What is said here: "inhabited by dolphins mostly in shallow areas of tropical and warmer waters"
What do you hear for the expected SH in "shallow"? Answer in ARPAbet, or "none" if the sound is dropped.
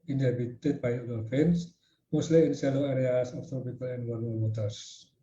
S